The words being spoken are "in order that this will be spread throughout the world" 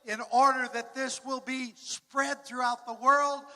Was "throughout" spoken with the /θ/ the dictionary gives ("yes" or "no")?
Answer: yes